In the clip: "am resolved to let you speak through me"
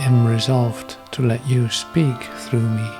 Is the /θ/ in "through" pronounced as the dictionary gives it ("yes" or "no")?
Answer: yes